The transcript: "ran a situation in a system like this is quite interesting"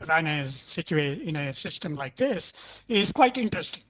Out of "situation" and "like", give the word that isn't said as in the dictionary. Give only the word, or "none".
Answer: situation